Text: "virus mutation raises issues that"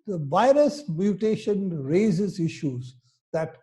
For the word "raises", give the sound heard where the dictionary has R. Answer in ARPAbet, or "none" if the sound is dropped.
R